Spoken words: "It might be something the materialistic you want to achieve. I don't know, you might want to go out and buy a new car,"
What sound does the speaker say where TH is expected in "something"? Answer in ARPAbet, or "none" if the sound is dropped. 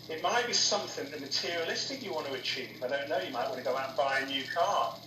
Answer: TH